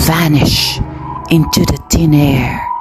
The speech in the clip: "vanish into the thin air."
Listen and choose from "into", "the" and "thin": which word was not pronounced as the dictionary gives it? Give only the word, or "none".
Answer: thin